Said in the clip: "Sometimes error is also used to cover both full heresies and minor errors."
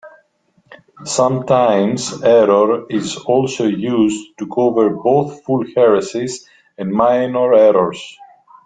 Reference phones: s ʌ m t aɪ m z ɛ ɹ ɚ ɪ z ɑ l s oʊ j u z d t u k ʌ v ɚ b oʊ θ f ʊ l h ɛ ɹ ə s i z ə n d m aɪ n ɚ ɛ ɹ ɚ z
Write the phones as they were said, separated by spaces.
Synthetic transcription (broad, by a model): s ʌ m t aɪ m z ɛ ɹ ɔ ɪ z ɑ l s oʊ j u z t u k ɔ v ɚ b oʊ θ f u l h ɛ ɹ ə s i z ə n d m aɪ n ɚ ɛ ɹ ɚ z